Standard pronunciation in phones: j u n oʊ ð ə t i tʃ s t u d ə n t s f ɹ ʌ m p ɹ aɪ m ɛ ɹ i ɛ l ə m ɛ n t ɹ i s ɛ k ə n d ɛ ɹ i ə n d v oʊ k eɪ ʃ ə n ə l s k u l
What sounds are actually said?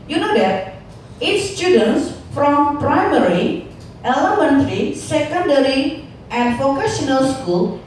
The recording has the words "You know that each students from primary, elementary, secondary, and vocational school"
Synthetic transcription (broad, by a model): j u n oʊ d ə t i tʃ s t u d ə n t s f ɹ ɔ m p ɹ aɪ m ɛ ɹ i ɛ l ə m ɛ n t ɹ i s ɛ k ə n d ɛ ɹ i ə n d f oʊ k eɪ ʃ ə n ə l s k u l